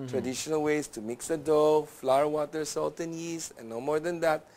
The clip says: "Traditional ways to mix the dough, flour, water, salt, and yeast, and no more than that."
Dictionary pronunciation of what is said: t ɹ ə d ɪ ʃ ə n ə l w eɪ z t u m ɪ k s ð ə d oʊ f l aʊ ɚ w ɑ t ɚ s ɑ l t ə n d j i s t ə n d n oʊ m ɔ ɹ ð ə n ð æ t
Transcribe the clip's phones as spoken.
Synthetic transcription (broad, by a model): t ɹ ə d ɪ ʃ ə n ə l w eɪ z t u m ɪ k s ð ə d oʊ f l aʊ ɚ w ɑ t ɚ s ɑ l t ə n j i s ə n n oʊ m ɔ ɹ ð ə n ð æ t